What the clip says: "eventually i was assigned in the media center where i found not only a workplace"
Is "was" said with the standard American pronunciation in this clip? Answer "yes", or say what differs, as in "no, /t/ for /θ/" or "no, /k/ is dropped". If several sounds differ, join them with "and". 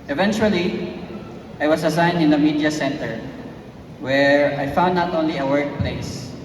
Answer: no, /s/ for /z/